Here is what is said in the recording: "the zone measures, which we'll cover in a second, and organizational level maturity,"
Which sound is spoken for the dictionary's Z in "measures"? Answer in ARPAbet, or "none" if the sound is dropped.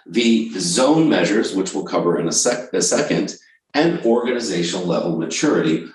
Z